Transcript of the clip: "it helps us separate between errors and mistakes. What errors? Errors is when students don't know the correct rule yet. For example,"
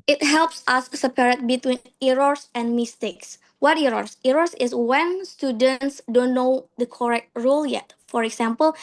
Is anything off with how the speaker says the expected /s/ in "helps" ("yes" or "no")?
no